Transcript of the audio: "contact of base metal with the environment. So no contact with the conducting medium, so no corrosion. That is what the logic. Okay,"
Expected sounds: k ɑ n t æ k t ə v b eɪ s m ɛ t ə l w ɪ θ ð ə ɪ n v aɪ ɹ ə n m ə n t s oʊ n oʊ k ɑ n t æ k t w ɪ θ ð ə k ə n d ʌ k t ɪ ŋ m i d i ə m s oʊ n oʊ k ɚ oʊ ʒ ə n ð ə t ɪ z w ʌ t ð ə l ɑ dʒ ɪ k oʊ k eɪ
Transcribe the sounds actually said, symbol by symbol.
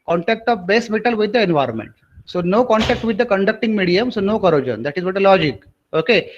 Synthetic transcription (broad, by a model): k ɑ n t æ k t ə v b eɪ s m ɛ t ə l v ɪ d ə ɪ n v aɪ ɹ ə n m ə n t s oʊ n oʊ k ɑ n t æ k t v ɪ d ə k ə n d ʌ k t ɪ ŋ m i d i ə m s oʊ n oʊ k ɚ oʊ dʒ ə n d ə t ɪ z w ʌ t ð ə l ɑ dʒ ɪ k oʊ k eɪ